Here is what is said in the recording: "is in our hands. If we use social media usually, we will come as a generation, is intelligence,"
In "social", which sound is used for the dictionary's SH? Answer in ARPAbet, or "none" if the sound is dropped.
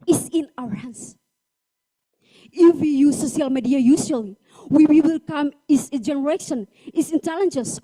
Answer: none